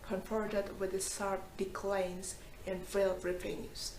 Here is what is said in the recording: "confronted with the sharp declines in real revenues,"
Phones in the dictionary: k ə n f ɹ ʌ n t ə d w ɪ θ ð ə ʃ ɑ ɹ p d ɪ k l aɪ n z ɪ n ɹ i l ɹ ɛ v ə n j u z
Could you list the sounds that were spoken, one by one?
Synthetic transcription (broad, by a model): k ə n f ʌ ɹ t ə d w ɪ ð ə s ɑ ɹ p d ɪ k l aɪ n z ɪ n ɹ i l ɹ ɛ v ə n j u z